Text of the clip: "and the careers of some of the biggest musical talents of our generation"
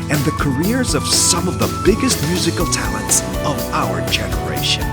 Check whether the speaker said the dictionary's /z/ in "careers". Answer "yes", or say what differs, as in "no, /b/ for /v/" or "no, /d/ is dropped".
yes